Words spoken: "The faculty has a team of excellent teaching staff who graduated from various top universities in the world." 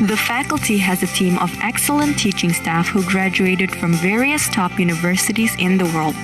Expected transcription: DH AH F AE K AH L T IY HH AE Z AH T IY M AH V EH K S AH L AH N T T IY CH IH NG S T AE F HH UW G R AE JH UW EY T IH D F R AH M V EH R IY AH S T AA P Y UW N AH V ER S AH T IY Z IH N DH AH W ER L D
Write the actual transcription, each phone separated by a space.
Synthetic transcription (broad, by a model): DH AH F AE K AH L T IY HH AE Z AH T IY M AH V EH K S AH L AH N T T IY CH IH NG S T AE F HH UW G R AE JH UW EY T IH D F R AH M V EH R IY AH S T AA P Y UW N AH V ER S AH T IY Z IH N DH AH W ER L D